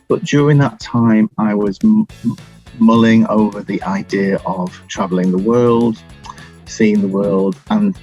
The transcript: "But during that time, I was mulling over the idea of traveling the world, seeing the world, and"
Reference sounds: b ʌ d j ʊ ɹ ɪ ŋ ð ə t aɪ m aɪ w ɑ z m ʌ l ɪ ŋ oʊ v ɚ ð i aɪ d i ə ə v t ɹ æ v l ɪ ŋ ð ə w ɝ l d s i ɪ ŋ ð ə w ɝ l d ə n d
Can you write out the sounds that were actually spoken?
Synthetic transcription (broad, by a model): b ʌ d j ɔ ɹ ɪ ŋ ð ə t aɪ m aɪ w ɑ z m ʌ l ɪ ŋ oʊ v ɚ ð i aɪ d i ə ə v t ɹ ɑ v l ɪ ŋ ð ə w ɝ l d s i ɪ ŋ ð ə w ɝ l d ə n